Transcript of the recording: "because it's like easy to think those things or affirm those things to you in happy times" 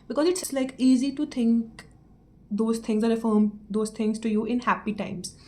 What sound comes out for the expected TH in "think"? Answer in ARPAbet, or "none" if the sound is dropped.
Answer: T